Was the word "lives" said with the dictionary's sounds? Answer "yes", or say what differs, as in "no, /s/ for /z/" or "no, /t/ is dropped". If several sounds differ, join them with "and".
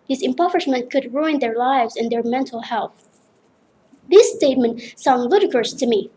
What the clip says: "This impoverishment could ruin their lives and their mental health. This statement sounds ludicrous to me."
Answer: yes